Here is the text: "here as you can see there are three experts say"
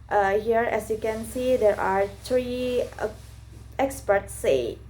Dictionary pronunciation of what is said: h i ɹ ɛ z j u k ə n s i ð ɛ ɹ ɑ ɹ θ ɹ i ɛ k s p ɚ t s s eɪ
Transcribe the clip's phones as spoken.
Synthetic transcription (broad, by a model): h i ɹ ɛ s j u k ə n s i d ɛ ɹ ɑ ɹ t ɹ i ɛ k s p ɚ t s s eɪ